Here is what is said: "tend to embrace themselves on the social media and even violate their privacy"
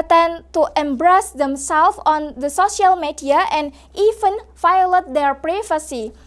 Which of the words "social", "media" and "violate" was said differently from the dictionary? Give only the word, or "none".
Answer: violate